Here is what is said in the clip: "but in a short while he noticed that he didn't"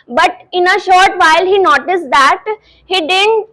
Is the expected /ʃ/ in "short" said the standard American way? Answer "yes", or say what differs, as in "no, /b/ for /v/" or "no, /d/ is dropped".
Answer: yes